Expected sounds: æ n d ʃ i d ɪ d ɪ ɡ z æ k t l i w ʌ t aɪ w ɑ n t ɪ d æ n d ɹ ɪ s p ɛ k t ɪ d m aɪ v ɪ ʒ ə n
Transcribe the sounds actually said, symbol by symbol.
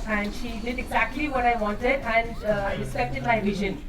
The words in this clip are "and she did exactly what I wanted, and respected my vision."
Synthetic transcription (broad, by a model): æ n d ʃ i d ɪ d ɪ ɡ z æ k t l i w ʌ t aɪ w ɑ n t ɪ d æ n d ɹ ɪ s ɛ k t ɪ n m aɪ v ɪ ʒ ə n